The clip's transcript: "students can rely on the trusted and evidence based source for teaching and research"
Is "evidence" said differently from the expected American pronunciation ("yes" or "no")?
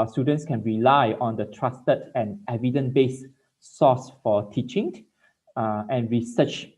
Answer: yes